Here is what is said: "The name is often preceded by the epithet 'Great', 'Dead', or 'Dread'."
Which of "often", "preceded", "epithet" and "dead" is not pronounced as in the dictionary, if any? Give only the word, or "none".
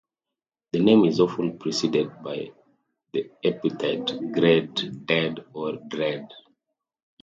epithet